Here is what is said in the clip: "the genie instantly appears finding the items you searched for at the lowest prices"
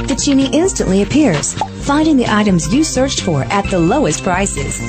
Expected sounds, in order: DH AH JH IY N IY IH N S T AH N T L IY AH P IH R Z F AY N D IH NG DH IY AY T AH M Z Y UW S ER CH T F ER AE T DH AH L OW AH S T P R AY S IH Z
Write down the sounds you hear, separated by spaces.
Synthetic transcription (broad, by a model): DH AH CH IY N IY IH N S T AH N T L IY AH P IH R Z F AY N D IH NG DH IY AY T AH M Z Y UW S ER CH T F ER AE T DH AH L OW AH S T P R AY S IH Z